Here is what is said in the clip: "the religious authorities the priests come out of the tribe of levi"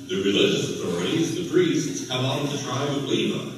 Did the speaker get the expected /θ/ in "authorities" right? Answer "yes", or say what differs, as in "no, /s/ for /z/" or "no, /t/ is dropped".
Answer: yes